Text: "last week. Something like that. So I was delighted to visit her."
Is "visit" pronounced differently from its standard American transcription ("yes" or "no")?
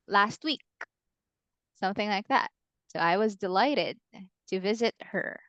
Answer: no